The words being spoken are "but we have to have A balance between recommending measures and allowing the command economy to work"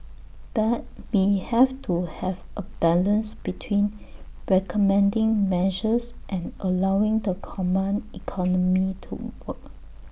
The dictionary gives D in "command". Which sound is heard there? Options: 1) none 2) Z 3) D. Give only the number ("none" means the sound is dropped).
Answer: 1